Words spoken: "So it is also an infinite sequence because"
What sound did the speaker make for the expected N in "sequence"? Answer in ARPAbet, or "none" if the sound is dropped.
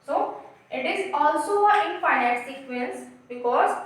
L